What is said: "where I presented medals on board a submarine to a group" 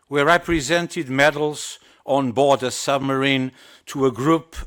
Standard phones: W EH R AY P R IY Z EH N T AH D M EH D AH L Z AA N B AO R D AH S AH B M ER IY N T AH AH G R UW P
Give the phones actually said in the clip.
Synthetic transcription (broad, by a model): W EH R AY P R IY Z EH N T AH D M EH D L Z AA N B AO R D AH S AH B M ER IY N T AH AH G R UW P